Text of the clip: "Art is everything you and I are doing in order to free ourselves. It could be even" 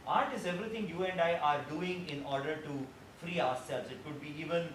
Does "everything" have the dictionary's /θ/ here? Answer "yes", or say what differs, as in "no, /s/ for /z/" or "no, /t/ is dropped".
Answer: no, /t/ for /θ/